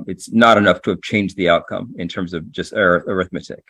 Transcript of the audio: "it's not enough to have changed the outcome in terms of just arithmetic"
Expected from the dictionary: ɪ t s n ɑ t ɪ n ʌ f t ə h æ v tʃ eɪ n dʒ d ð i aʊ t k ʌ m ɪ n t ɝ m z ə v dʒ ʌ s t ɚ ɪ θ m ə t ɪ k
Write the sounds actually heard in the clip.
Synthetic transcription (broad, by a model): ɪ t s n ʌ t ɪ n ʌ f t ə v tʃ eɪ n dʒ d ð i aʊ t k ʌ m ɪ n t ɝ m z ə v dʒ ʌ s t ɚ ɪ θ m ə t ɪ k